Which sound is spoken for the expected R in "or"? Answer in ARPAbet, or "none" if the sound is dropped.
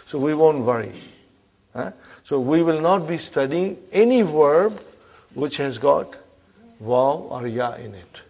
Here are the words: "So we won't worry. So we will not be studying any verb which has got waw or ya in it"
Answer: R